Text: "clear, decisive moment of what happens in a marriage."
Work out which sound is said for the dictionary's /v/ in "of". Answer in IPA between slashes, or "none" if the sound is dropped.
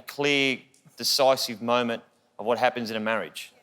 /v/